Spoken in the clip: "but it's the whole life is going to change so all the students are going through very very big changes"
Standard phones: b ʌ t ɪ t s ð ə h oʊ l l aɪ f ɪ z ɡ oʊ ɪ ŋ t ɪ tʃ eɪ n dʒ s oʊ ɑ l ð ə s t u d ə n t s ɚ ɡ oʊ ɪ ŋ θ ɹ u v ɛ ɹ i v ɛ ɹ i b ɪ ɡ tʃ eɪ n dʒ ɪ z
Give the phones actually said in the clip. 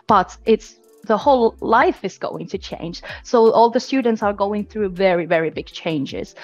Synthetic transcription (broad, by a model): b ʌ t ɪ t s ð ə h oʊ l l aɪ f ɪ z ɡ oʊ ɪ ŋ t ɪ tʃ eɪ n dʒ s oʊ ɑ l ð ə s t u d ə n t s ɚ ɡ oʊ ɪ ŋ θ ɹ u v ɛ ɹ i v ɛ ɹ i b ɪ ɡ tʃ eɪ n dʒ ɪ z